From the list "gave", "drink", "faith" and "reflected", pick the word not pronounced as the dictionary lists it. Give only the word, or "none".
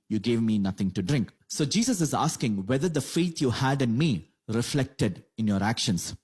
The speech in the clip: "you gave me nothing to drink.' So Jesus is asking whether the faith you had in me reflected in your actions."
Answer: faith